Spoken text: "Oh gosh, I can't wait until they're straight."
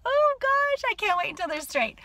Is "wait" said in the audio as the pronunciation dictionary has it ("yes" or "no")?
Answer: no